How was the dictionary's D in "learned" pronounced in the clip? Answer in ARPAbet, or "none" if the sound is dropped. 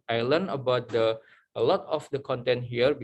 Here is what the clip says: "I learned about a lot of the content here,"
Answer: none